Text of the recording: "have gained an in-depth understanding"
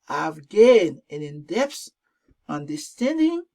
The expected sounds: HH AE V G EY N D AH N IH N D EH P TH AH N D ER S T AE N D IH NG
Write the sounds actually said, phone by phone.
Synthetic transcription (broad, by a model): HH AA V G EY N AH N IH N D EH P S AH N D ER S T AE N D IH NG